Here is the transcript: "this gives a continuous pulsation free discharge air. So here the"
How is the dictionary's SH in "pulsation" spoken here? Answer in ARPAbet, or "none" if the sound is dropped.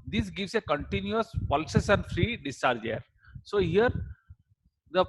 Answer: S